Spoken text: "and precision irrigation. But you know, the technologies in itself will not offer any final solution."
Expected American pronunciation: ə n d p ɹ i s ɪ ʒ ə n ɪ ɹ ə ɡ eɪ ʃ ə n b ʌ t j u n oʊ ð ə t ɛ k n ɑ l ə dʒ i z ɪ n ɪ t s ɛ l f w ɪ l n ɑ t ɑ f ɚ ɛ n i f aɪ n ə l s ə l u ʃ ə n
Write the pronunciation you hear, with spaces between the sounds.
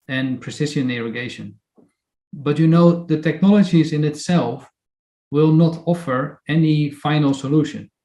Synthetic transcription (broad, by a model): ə n p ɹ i s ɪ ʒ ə n ɪ ɹ ə ɡ eɪ ʃ ə n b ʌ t j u n oʊ ð ə t ɛ k n ɑ l ə dʒ i z ɪ n ɪ t s ɛ l f w ɪ l n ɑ t ɑ f ɚ ɛ n i f aɪ n l s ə l u ʃ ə n